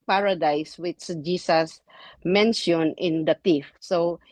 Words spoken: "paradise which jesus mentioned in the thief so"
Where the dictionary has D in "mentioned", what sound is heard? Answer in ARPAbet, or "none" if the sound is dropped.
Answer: none